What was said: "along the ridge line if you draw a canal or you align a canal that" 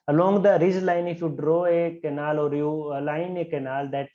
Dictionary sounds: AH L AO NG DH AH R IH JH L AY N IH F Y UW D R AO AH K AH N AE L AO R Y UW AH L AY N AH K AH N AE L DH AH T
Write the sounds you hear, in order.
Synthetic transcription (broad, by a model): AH L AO NG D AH R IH Z L AY N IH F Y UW D R AO AH K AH N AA L AO R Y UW L AY N AH K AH N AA L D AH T